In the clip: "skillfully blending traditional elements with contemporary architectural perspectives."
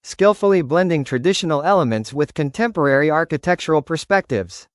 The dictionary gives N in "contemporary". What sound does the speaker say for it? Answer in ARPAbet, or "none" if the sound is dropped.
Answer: N